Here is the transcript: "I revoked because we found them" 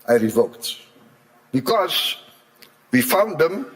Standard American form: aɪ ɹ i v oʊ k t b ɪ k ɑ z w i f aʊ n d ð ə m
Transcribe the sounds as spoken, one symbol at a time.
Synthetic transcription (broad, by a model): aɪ ɹ i v oʊ k t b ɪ k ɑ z w i f aʊ n d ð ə m